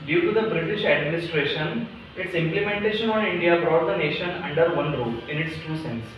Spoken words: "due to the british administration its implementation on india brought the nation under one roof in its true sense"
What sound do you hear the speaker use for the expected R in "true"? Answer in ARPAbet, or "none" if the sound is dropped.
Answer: none